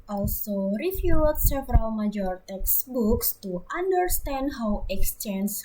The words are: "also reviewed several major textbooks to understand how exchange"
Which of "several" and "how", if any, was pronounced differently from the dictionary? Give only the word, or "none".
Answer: none